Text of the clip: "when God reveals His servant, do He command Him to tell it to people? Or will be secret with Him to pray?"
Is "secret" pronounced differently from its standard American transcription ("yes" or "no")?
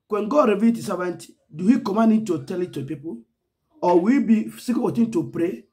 yes